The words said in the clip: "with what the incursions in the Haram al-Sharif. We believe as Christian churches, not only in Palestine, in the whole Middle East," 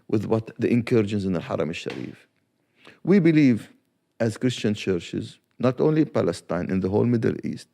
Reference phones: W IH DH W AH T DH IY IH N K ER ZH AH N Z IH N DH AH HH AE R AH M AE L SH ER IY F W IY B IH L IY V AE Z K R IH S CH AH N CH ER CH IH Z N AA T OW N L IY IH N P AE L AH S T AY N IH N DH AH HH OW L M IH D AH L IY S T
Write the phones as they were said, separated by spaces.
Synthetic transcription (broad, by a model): W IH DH W AH T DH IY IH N K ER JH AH N S IH N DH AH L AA R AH M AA SH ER IY F W IY B IH L IY V AE Z K R IH S CH AH N CH ER CH IH Z N AA T OW N L IY P AE L AH S T AY N IH N DH AH HH OW L M IH D AH L IY S T